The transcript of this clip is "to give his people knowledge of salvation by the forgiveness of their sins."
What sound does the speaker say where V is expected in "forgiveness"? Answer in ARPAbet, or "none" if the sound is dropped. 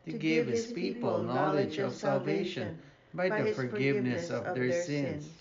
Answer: V